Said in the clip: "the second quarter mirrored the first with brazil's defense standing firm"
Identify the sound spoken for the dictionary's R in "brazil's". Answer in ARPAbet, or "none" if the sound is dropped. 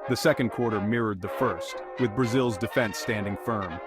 R